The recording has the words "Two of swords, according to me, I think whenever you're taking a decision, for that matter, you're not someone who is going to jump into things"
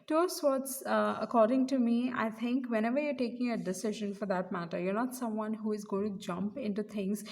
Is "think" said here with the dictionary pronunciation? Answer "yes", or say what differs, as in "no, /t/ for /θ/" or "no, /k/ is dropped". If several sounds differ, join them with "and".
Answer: no, /t/ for /θ/